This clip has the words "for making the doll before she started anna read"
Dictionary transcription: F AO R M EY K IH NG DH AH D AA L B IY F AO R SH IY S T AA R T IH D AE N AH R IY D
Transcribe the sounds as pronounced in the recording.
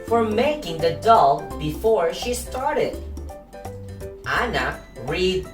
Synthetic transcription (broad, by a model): F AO R M EY K IH NG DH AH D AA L B IY F AO R SH IY S T AA R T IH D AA N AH R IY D